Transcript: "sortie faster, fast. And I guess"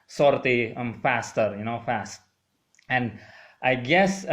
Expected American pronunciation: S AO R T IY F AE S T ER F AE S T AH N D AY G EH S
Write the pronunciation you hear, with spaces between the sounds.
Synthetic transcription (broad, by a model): S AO R T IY F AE S T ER F AE S T AH N D AY G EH S